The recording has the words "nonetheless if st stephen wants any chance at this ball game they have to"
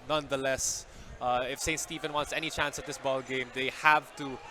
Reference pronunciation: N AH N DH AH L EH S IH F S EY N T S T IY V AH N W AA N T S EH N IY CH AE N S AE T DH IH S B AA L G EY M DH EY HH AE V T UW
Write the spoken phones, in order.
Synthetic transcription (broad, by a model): N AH N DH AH L EH S IH F S EY N T S T IY V AH N W AA N T S EH N IY CH AE N S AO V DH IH S B AA L G EY M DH EY HH AE V T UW